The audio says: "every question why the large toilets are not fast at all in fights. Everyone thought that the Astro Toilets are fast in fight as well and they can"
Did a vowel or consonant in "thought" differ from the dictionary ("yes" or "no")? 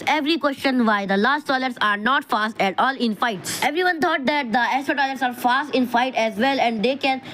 yes